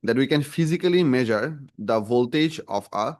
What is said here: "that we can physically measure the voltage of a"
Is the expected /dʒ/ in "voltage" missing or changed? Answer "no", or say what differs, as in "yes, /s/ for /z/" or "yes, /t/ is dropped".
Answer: no